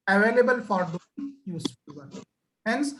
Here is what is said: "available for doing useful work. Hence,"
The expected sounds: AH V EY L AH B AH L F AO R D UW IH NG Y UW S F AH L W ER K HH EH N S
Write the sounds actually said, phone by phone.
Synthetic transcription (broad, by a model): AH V EY L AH B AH L F AO R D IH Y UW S AH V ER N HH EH N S